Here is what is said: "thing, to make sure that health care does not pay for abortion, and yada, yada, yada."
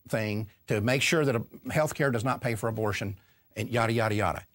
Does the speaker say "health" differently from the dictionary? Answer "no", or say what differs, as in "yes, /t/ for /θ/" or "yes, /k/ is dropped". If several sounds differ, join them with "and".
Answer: no